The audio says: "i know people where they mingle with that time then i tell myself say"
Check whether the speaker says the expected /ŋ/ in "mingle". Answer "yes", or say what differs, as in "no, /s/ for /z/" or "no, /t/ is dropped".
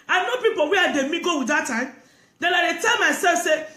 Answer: no, /ŋ/ is dropped